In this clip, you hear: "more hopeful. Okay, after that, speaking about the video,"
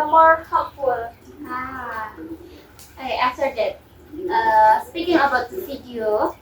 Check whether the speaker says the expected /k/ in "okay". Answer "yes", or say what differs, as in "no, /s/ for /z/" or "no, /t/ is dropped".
no, /k/ is dropped